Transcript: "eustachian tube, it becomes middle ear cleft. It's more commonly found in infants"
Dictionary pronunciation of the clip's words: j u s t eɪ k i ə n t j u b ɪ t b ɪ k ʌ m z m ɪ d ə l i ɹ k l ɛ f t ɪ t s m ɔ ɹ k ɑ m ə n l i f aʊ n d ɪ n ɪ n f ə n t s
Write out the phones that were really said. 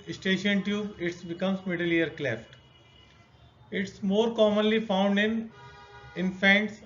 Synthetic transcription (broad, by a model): s t eɪ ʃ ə n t j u ɪ t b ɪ k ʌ m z m ɪ d ə l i ɹ k l ɛ f t ɪ t s m ɔ ɹ k ɑ m ə n l i f aʊ n d ɪ n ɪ n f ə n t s